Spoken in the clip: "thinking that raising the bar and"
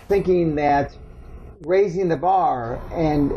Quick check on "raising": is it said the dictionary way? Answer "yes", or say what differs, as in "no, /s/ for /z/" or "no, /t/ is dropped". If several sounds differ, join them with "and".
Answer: yes